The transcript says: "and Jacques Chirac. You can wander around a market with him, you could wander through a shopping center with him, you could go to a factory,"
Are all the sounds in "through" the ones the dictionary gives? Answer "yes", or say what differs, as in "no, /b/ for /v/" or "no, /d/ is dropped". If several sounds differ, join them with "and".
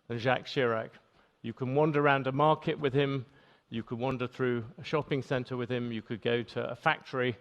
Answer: yes